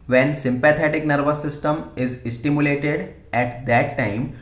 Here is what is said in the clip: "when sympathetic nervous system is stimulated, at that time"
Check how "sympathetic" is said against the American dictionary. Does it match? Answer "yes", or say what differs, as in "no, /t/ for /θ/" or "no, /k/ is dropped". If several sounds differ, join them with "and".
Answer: no, /t/ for /θ/